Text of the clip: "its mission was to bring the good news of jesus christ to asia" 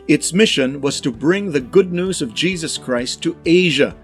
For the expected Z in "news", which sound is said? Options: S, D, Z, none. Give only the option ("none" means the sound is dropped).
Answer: Z